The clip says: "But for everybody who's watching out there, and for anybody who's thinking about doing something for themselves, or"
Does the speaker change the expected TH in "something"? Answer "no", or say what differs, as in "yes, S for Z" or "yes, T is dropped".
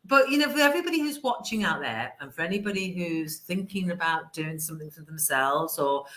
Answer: no